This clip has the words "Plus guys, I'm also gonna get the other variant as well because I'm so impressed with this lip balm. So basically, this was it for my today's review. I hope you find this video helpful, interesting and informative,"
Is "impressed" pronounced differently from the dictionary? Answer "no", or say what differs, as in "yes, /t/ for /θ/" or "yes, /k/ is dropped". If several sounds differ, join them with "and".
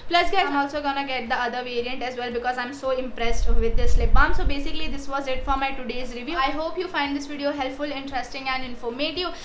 no